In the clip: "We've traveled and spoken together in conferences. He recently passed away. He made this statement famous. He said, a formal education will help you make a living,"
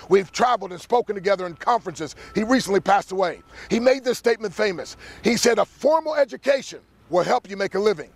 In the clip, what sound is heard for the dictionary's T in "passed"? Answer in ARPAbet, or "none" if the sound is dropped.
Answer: T